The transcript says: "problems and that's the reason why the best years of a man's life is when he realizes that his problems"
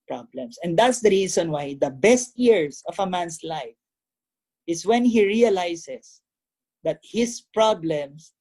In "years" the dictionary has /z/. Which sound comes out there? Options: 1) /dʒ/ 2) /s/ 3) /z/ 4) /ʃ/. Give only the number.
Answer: 2